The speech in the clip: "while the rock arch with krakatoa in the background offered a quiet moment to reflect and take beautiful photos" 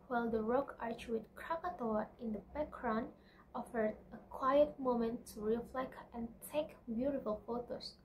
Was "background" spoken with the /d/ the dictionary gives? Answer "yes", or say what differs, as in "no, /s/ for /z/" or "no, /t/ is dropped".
no, /d/ is dropped